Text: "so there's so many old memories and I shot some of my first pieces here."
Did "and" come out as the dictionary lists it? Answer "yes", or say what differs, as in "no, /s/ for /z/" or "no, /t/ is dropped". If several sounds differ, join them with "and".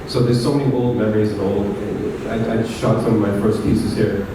no, /l/ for /n/